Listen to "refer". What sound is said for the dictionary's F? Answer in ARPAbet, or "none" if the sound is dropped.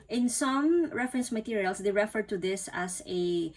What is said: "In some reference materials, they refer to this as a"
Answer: F